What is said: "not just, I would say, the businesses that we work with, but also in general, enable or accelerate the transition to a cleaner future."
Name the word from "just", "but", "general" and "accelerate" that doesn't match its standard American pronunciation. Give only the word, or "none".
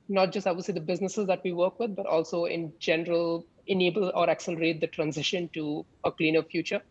none